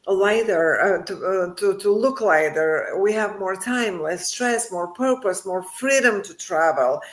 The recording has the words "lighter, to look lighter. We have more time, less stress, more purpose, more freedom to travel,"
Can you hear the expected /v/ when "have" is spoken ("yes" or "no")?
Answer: yes